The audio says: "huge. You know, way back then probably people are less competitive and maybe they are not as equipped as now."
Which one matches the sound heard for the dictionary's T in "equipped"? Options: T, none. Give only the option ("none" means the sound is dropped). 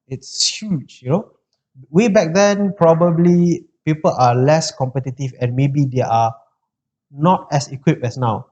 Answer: none